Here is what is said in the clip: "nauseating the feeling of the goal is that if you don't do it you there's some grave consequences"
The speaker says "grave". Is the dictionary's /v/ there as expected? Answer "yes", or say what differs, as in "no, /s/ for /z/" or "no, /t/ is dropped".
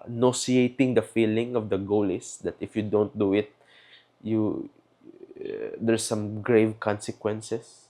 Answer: yes